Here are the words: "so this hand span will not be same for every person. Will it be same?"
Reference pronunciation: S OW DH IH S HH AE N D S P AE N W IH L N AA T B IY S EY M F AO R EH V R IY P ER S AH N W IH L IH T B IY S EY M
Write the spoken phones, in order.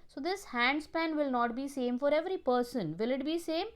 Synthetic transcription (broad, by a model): S OW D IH S HH AE N D S P AE N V IH L N AA T B IY S EY M F AO R EH V R IY P ER S AH N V IH L IH T B IY S EY M